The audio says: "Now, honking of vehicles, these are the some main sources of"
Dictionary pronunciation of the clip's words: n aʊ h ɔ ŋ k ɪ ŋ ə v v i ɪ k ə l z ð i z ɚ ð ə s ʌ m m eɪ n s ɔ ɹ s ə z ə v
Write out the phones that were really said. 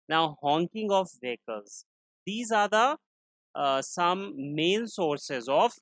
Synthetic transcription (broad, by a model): n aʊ h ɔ ŋ k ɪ ŋ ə f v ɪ k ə l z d i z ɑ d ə s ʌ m m eɪ n s ɔ ɹ s ə z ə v